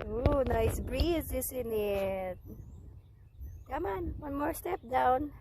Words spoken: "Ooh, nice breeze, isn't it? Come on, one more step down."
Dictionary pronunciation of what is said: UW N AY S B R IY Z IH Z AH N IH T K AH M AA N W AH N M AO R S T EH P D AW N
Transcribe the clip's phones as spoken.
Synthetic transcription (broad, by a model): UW N AY S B R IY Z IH S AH N IH T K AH M AA N W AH N M AO R S T EH P D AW N